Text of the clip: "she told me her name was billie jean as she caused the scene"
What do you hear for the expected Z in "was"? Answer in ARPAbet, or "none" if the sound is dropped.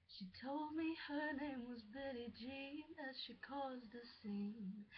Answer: Z